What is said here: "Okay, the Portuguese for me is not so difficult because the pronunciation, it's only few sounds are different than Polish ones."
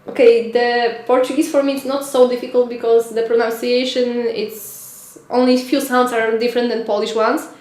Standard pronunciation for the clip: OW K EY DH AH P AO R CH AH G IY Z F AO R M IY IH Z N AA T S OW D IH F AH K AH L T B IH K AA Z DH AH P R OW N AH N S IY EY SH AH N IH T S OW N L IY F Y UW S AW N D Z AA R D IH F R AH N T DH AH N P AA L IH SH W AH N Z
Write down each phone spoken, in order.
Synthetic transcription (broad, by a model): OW K EY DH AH P AO R CH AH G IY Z F AO R M IY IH S N AA T S OW D IH F AH K AH L T B IH K AA Z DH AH P R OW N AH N S IY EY SH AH N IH T S OW N L IY F Y UW S AW N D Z AA R D IH F R AH N T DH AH N P AA L IH SH W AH N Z